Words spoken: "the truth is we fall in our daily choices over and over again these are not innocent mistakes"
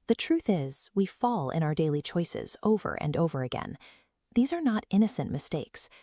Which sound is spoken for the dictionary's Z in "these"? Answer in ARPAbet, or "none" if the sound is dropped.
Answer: Z